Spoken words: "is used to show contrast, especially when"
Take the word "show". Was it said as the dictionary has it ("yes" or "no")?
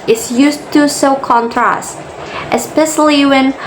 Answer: no